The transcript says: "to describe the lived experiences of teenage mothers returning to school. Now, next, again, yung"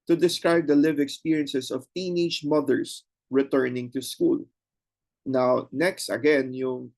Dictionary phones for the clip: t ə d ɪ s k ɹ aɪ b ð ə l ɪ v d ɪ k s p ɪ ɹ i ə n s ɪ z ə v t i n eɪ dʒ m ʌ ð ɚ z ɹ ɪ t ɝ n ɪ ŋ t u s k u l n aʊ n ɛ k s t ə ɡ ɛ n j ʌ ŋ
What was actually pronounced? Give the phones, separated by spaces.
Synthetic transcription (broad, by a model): t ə d ɪ s k ɹ aɪ b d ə l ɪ v ɪ k s p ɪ ɹ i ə n s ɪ s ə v t i n eɪ dʒ m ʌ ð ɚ s ɹ ɪ t ɝ n ɪ ŋ t u s k u l n aʊ n ɛ k s t ə ɡ ɛ n j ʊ ŋ